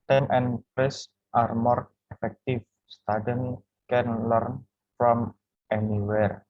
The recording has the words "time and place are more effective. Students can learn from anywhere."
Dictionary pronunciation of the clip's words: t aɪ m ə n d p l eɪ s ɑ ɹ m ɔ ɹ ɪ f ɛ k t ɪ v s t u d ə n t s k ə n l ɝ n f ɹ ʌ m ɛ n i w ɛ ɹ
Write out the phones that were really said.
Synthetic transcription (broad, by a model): t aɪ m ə n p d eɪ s ɑ ɹ m ɔ ɹ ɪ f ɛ k t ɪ f s t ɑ d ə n k ə n l ɝ n f ɹ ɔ m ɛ n i w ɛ ɹ